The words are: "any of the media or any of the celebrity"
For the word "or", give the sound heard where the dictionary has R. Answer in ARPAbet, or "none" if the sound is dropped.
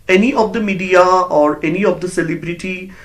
R